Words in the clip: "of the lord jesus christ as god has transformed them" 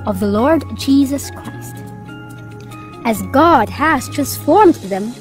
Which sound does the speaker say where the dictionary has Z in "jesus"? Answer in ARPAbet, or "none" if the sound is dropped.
Z